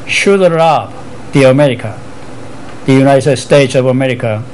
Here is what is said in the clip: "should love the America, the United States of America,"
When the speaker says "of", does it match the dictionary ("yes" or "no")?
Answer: yes